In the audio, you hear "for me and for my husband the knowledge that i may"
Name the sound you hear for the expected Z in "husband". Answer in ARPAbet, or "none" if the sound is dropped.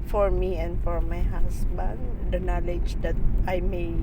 S